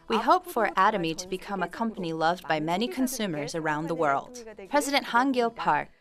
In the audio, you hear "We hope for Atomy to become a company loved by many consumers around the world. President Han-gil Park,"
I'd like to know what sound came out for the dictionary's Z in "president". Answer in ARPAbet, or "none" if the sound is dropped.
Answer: Z